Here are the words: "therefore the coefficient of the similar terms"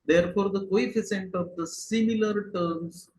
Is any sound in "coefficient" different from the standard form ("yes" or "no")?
yes